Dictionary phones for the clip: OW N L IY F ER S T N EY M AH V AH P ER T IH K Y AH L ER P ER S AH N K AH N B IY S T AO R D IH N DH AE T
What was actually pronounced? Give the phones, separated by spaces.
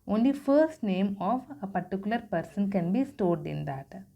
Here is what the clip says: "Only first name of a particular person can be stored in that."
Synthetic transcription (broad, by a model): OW N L IY F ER S T N EY M AH V AH P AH T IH K Y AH L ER P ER S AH N K AH N B IY S T AO R D IH N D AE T